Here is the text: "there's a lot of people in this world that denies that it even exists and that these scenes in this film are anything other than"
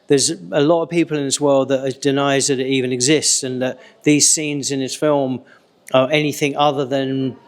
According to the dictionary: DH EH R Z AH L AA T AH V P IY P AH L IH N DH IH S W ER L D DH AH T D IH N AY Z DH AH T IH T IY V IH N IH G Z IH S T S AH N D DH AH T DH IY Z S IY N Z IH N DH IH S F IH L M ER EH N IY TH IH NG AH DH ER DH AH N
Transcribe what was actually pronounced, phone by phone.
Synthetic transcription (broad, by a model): DH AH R Z AH L AA T AH V P IY P AH L IH N DH IH S W ER L D DH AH T D IH N AY Z DH AH T IH T IY V IH N IH G Z IH S T S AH N DH AH T DH IY Z S IY N Z IH N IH S F IH L M ER EH N IY TH IH NG AH DH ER DH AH N